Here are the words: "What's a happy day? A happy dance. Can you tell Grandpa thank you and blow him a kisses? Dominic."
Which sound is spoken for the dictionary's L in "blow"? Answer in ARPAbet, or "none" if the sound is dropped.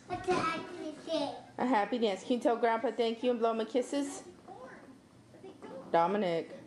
L